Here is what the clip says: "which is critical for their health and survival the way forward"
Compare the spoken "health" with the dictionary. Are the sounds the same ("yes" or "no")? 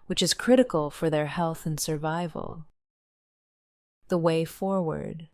yes